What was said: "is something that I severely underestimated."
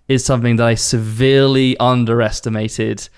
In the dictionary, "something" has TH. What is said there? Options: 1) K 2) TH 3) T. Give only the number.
2